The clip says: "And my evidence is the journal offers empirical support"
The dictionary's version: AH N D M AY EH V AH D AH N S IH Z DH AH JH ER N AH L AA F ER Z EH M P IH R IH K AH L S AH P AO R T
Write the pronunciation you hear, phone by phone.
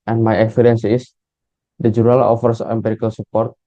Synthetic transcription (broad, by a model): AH N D M AY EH F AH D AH N S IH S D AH JH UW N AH L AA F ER S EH M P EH R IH K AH L S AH P AO R T